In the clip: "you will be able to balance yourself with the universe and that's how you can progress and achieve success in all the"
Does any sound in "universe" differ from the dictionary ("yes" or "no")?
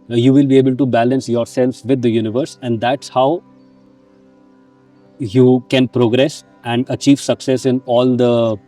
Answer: no